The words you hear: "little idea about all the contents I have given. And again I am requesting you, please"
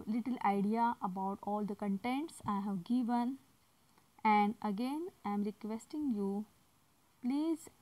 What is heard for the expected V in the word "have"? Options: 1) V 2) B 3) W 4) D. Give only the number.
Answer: 1